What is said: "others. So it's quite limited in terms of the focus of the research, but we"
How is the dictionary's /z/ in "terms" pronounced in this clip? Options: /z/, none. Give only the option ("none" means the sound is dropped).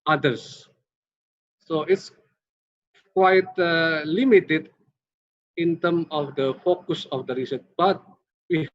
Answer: none